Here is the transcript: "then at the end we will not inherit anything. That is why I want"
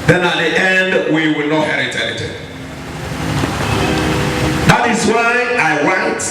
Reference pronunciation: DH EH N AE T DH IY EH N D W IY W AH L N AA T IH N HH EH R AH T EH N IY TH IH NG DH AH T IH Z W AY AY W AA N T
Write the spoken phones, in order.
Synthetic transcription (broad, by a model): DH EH N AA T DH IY EH N D W IY W AH L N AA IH HH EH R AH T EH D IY T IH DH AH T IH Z W AY AY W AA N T